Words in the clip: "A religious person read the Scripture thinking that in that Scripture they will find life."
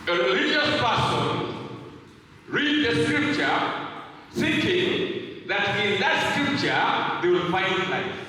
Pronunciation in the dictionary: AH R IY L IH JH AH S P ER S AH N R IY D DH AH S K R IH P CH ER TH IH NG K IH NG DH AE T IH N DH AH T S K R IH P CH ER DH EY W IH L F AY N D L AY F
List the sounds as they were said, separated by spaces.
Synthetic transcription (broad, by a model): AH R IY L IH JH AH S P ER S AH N R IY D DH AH S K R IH P CH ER S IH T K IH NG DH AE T IH N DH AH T S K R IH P CH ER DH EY W IH L F AY N D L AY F